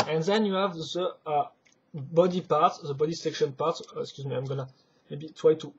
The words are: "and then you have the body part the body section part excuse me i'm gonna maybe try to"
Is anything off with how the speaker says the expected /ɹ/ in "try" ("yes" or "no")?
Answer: yes